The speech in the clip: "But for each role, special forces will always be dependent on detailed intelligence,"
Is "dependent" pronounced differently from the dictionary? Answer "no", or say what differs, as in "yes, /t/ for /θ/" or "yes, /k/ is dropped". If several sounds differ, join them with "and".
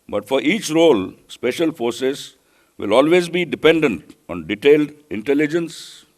no